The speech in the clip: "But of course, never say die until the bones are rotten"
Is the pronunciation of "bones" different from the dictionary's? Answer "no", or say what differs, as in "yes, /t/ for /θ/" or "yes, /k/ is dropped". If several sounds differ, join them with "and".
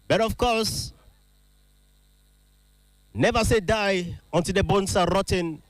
yes, /s/ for /z/